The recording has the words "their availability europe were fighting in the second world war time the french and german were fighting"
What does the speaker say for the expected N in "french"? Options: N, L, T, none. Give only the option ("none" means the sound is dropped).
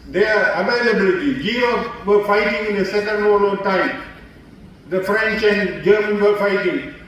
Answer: N